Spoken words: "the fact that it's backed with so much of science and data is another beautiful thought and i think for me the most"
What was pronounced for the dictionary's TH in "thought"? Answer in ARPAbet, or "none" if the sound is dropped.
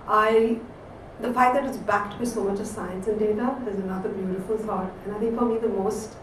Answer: S